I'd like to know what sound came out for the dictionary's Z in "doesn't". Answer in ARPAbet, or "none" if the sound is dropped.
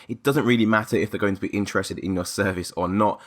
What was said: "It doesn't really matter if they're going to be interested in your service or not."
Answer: Z